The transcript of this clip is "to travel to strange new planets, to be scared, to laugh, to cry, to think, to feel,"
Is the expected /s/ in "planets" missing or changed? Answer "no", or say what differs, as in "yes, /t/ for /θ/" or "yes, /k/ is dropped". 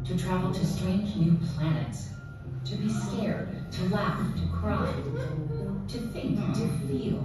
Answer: no